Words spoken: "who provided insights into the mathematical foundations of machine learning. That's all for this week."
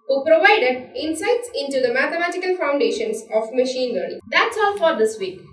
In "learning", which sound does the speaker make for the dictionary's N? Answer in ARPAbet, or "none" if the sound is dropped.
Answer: none